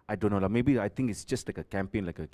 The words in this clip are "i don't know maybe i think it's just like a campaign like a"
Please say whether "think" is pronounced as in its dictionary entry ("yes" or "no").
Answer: no